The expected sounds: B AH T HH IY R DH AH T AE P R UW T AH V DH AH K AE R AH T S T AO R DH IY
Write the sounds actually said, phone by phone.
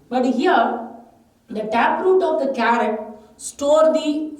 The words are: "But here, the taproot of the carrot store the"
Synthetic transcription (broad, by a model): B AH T HH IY R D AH T AE P R UW T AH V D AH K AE R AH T S T AO R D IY